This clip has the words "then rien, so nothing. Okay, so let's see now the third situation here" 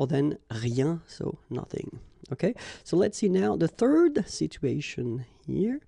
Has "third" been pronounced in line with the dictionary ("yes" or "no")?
yes